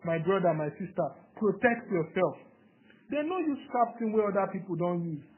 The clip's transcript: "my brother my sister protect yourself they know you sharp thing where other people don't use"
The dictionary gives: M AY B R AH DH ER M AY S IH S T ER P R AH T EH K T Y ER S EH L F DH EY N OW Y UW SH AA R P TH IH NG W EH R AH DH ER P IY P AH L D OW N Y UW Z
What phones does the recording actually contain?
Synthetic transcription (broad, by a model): M AY B R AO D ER M AY S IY S T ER P R AH T EH K T Y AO S EH L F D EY N OW Y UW S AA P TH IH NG W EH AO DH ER P IY P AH L D OW N Y UW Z